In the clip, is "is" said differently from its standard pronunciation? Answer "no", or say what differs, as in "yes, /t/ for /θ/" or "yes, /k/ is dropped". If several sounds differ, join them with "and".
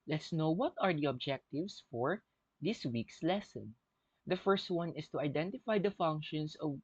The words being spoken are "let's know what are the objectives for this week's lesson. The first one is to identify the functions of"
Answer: yes, /s/ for /z/